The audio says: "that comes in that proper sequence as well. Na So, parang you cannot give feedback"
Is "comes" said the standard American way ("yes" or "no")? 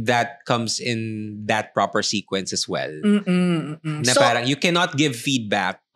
no